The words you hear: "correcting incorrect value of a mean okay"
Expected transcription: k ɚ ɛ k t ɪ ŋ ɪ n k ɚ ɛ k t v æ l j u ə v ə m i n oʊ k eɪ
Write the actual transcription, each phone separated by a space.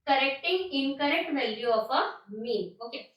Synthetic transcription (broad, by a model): k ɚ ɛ k t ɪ ŋ ɪ n k ɚ ɛ k t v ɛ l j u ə p ə m i n oʊ k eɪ